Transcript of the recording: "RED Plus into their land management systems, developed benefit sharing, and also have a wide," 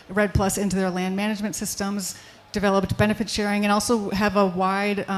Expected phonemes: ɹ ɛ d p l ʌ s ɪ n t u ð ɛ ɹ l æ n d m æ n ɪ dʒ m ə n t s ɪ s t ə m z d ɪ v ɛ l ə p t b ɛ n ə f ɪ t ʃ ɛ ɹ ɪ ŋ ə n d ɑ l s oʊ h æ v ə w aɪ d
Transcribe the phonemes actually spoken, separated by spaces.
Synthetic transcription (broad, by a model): ɹ ɛ d p l ʌ s ɪ n t u ð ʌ ɹ l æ n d m æ n ɪ dʒ m ə n t s ɪ s t ə m z d ɪ v ɛ l ə p t b ɛ n ə f ɪ t ʃ ɛ ɹ ɪ ŋ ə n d ɑ l s oʊ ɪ v ə w aɪ d